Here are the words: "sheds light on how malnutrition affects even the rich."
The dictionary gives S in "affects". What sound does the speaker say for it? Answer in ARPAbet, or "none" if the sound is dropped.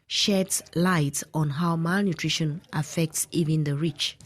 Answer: S